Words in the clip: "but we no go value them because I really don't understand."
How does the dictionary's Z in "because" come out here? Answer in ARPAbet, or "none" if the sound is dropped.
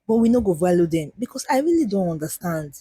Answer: S